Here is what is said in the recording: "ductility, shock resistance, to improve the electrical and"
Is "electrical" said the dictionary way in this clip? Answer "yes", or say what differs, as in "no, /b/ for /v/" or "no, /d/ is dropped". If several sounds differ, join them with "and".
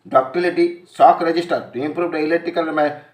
no, /k/ is dropped and /ɹ/ is dropped